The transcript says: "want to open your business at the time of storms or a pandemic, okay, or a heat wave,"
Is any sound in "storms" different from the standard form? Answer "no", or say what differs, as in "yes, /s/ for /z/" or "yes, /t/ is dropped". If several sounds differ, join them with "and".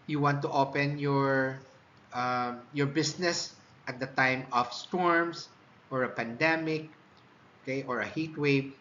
yes, /s/ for /z/